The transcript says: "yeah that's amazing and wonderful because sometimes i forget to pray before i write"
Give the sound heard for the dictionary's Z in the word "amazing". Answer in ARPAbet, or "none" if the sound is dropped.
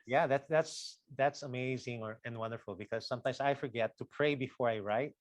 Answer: Z